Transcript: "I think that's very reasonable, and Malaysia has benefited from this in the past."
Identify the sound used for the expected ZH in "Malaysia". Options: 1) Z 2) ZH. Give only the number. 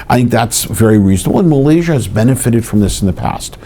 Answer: 2